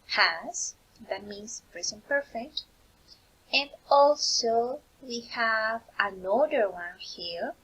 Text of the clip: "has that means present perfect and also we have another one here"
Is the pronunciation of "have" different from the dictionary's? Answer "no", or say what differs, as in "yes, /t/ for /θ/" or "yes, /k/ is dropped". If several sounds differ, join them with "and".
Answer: no